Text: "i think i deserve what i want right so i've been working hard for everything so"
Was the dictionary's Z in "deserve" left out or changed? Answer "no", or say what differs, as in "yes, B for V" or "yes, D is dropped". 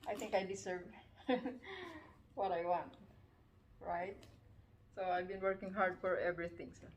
yes, S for Z